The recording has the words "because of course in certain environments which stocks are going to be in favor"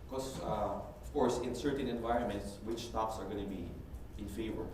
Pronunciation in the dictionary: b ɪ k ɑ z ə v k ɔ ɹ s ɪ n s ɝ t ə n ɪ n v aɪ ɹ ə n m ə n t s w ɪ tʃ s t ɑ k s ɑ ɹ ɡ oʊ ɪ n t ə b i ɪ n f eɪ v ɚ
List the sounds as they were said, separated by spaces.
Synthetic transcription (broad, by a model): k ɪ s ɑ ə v k ɔ ɹ s ɪ n s ɝ t ə n ɪ n v aɪ ɹ ə n m ə n t s w ɪ tʃ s t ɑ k s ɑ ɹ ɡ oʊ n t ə b i ɪ n f eɪ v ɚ